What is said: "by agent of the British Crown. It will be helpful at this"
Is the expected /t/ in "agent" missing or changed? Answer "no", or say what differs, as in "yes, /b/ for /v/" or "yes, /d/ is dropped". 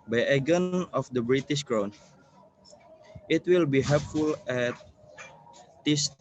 yes, /t/ is dropped